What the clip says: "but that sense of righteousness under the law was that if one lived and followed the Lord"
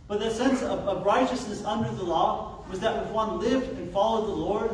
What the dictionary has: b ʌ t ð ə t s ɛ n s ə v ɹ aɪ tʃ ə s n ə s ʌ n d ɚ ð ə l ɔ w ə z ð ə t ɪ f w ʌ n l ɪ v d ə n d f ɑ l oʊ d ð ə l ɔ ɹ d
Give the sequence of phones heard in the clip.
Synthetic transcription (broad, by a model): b ʌ t ð ə t s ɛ n s ə v ɹ aɪ tʃ ə s n ə s ʌ n d ɚ ð ə l ɔ w ə z ð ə t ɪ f w ʌ n l ɪ v d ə n f ɑ l oʊ d ð ə l ɔ ɹ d